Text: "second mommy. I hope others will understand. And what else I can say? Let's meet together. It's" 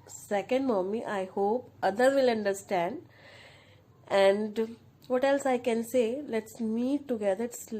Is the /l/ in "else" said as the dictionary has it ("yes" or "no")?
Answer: yes